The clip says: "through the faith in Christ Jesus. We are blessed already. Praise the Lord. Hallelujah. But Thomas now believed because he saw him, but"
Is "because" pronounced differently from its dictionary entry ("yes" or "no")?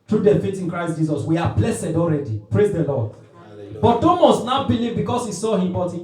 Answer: yes